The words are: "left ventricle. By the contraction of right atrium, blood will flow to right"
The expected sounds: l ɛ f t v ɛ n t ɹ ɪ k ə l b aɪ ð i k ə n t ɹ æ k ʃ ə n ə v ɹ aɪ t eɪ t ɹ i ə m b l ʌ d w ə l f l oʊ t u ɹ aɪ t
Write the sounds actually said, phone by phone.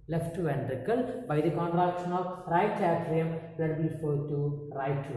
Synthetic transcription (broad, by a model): l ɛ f t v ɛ n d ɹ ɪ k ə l b aɪ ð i k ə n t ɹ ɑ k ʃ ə n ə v ɹ aɪ t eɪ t ɹ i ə m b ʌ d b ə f oʊ t u ɹ aɪ t